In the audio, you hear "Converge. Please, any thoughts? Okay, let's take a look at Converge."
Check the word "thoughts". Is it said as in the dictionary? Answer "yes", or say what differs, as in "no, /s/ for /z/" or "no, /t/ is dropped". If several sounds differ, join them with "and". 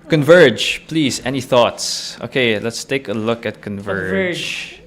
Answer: yes